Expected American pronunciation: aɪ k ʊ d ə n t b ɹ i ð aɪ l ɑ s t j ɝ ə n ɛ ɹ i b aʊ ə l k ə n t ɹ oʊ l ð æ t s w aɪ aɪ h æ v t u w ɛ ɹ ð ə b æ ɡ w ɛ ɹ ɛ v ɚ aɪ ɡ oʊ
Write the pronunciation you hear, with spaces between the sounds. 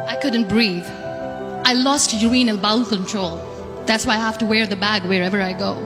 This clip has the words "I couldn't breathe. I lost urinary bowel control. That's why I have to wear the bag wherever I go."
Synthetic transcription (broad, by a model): aɪ k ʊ d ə n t b ɹ i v aɪ l ɑ s t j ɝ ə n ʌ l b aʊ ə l k ə n t ɹ oʊ l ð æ t s w aɪ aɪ h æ f t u w ɛ ɹ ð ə b æ ɡ w ɛ ɹ ɛ v ɚ aɪ ɡ oʊ